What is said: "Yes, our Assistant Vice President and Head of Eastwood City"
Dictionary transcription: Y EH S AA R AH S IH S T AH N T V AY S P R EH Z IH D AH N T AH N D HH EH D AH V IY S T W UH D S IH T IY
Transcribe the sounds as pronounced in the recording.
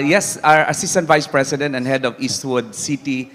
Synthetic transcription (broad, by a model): Y EH S AA R AH S IH S T AH N T V AY S P R EH S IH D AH N T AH N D HH EH D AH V IY S T W UH D S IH T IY